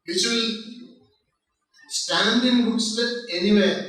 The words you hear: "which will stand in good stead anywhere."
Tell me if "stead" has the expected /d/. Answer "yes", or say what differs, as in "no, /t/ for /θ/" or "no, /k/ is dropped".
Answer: no, /d/ is dropped